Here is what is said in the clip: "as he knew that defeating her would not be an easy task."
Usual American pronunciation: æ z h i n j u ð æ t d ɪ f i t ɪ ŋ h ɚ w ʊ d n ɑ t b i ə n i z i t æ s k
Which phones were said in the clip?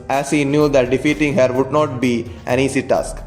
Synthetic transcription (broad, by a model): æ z h i n j u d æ t d ɪ f i t ɪ ŋ h ɚ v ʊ d n ɑ t b i ə n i s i t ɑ s k